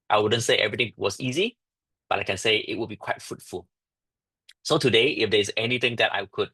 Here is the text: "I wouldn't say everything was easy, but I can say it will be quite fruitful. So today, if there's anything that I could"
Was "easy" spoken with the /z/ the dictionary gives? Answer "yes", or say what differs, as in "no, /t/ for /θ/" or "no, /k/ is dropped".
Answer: yes